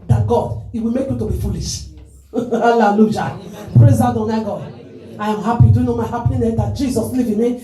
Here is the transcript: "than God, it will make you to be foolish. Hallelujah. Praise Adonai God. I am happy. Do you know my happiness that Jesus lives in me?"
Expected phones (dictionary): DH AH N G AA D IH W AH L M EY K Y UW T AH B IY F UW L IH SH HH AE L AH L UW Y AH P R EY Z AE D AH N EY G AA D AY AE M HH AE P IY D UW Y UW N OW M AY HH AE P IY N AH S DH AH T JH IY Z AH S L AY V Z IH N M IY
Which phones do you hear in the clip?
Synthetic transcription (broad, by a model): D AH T G AA D IH W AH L M EY K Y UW T AH B IY F UW L IH SH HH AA L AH L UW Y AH P R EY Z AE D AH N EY G AA D AY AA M HH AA P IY D UW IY N OW M AY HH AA P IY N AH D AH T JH IY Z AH S L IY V IH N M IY